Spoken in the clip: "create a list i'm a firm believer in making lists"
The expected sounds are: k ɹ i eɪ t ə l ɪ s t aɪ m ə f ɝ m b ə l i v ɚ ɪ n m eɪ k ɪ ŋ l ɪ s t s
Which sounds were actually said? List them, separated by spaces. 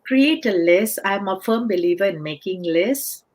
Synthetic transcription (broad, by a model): k ɹ i eɪ t ə l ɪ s aɪ m ə f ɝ m b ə l i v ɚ ɪ n m eɪ k ɪ ŋ l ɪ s s